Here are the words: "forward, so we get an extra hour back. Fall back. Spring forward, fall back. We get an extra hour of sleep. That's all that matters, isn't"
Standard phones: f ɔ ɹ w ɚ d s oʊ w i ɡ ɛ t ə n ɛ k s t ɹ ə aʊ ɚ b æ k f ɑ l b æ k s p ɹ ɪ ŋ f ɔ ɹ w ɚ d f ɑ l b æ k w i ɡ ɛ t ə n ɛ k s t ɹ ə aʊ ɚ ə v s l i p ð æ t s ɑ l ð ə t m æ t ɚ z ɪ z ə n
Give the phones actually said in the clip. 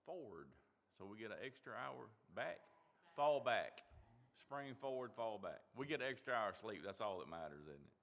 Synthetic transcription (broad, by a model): f ɔ ɹ w ɚ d s oʊ w i ɡ ɛ t ə n ɛ k s t ɹ ə aʊ ɚ b æ k f ɑ l b æ k s p ɹ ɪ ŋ f ɔ ɹ w ɚ d f ɑ l b æ k w i ɡ ɛ t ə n ɛ k s t ɹ ə aʊ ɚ ə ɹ s l i p ð æ t s ɑ l ð ə t m æ t ɚ z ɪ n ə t